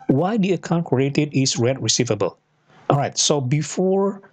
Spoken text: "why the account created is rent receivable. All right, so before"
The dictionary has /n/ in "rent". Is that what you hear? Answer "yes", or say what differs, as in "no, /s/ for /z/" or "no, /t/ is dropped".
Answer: no, /n/ is dropped